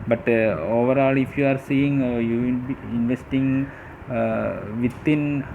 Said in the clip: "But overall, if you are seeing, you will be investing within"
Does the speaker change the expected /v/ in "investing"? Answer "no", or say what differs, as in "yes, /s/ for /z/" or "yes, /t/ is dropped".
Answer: no